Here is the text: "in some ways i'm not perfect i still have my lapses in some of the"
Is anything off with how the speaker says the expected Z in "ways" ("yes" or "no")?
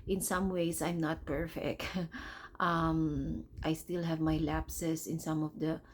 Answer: yes